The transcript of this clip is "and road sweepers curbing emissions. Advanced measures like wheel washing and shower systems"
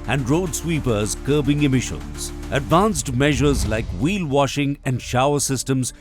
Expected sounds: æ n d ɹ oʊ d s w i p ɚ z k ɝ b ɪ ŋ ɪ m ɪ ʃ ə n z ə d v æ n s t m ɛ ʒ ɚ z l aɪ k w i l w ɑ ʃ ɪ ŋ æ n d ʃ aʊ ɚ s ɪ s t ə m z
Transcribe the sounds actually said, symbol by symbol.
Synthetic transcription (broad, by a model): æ n d ɹ oʊ d s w i p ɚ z k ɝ b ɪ ŋ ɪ m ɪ ʃ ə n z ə d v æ n s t m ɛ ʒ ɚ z l aɪ k w i l w ɑ ʃ ɪ ŋ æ n d ʃ aʊ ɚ s ɪ s t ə m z